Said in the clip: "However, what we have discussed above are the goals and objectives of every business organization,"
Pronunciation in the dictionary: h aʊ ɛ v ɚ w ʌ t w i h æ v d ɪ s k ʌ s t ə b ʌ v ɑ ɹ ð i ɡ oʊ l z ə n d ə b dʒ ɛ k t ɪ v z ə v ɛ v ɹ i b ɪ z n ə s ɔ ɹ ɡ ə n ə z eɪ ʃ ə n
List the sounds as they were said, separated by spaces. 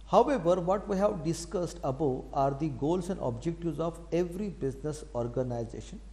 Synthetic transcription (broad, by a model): h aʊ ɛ v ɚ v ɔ t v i h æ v d ɪ s k ʌ s t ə b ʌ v ɑ ɹ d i ɡ oʊ l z ə n d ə b dʒ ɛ k t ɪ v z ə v ɛ v ɹ i b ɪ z n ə s ɔ ɹ ɡ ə n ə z eɪ ʃ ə n